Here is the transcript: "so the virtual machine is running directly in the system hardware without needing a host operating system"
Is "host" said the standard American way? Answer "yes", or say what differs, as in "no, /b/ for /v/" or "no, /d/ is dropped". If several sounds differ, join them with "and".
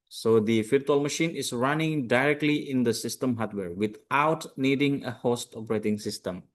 yes